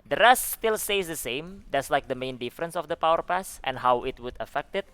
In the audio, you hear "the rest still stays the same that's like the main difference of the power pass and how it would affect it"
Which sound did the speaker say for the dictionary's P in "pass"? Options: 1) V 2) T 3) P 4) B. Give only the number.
3